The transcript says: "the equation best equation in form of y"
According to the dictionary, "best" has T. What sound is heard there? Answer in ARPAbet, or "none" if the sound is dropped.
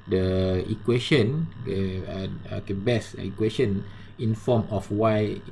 none